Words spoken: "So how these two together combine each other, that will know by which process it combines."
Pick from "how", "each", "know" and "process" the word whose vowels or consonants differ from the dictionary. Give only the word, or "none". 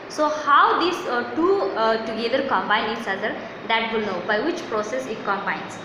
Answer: each